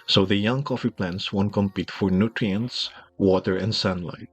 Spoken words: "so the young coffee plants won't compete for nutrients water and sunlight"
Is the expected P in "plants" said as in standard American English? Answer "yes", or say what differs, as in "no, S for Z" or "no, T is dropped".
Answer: yes